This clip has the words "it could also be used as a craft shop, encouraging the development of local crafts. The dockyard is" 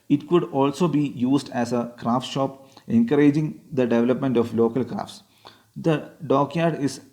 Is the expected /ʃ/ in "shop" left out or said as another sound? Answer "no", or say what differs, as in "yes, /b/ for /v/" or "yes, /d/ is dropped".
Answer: no